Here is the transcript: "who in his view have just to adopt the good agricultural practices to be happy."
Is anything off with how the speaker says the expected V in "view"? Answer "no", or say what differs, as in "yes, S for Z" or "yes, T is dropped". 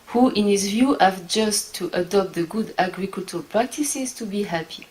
no